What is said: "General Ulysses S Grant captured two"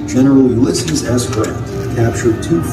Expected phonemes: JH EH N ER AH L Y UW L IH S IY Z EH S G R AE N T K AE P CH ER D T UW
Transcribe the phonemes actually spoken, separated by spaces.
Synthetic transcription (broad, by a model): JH EH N ER L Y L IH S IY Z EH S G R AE T K AE P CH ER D T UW